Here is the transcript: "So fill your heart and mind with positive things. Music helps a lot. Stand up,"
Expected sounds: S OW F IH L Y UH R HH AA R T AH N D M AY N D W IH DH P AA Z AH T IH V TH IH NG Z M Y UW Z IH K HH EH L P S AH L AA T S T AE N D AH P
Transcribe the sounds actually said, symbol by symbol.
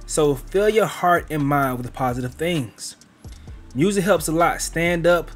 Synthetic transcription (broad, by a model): S OW F IH L Y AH R HH AA R T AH N M AY N D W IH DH P AA Z AH T IH V TH IH NG Z M Y UW Z IH K HH EH L P S AH L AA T S T AE N D AH P